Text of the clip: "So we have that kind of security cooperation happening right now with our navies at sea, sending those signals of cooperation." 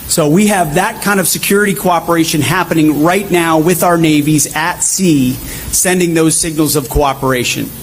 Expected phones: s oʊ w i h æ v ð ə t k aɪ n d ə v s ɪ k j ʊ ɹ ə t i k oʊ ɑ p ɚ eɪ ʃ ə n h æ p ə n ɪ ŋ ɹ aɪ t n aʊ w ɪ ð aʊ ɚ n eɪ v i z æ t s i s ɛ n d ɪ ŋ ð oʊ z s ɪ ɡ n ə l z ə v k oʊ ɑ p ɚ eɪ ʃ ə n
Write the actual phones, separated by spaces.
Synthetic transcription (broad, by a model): s oʊ w i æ v ð ə t k aɪ n d ə v s ɪ k j ʊ ɹ ə t i k oʊ ɑ p ɚ eɪ ʃ ə n h æ p ə n ɪ ŋ ɹ aɪ t n aʊ w ɪ ð aʊ ɚ n eɪ v i z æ t s i s ɛ n d ɪ ŋ ð oʊ z s ɪ ɡ n l z ə v k oʊ ɑ p ɚ eɪ ʃ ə n